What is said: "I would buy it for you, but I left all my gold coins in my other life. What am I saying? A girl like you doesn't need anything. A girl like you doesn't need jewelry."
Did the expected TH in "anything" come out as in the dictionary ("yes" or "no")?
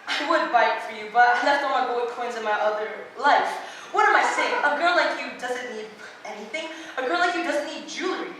yes